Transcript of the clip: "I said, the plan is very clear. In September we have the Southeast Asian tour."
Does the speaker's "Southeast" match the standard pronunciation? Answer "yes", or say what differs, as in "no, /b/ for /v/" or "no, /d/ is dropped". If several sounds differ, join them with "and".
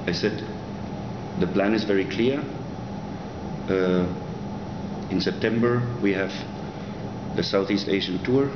yes